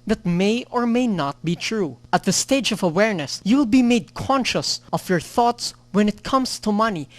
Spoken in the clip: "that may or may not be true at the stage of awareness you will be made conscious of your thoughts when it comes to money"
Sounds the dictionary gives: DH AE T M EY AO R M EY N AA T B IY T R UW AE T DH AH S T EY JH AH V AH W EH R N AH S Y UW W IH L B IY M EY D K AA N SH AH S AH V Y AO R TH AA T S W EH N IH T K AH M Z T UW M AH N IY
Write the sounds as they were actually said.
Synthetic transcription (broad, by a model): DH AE T M EY AO R M EY N AA T B IY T R UW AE T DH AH S T EY JH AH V AH W EH R N AH S Y UW W IH L B IY M EY D K AA N SH AH S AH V Y AO R TH AA T S W EH N IH T K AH M S T UW M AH N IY